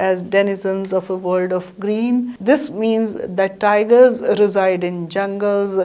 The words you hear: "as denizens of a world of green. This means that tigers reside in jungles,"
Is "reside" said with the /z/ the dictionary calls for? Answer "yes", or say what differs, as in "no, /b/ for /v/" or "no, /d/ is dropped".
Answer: yes